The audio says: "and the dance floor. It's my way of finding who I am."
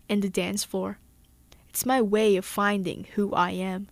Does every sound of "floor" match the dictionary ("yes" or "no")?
no